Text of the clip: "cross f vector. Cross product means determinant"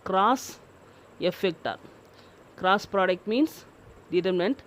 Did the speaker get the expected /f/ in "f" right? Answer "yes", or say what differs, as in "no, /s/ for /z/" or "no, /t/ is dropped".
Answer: yes